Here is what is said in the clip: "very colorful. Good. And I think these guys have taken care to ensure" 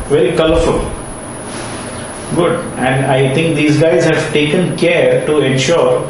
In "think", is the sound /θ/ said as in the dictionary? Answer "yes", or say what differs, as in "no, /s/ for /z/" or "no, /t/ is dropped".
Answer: no, /t/ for /θ/